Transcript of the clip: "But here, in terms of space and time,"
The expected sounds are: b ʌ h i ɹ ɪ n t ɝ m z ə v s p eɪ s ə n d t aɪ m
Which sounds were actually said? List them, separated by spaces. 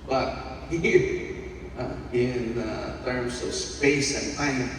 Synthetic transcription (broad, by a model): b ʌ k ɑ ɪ n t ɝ m s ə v s p eɪ s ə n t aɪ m